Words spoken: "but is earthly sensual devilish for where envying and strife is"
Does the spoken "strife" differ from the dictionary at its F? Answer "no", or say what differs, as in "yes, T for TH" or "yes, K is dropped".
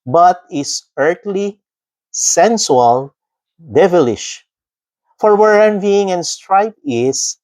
yes, P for F